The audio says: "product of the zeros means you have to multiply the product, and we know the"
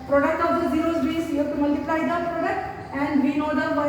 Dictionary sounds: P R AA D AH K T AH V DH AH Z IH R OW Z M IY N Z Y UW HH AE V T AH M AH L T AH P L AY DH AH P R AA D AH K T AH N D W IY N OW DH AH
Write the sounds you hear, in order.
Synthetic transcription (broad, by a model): P R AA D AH K T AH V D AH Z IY R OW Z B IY Z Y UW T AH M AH L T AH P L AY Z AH P R AA D AH K T AH N D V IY N OW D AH